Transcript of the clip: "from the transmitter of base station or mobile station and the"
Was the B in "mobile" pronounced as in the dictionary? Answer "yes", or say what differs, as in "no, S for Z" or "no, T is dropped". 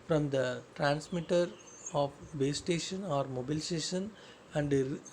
yes